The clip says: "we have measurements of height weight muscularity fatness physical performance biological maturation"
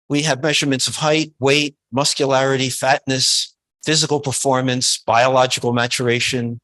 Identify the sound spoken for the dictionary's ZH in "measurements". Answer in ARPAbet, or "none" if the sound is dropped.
ZH